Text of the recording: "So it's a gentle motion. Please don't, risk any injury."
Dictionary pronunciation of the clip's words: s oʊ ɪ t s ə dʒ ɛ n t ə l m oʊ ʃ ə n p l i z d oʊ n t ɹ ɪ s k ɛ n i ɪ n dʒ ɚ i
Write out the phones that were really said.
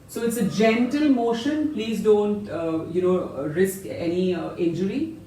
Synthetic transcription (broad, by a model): s oʊ ɪ t s ə dʒ ɛ n t ə l m oʊ ʃ ə n p l i z d oʊ n t ɹ ɪ s k ɛ n i ɪ n dʒ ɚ i